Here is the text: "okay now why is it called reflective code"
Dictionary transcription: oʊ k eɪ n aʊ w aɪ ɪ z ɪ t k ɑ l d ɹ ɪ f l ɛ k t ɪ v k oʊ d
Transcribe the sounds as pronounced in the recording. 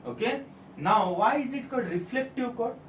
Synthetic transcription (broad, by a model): oʊ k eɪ n aʊ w aɪ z ɪ t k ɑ d ɹ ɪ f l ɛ k t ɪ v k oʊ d